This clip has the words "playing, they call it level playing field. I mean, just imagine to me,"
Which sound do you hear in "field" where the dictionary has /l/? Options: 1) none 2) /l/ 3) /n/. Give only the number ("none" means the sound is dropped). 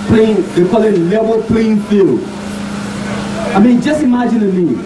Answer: 2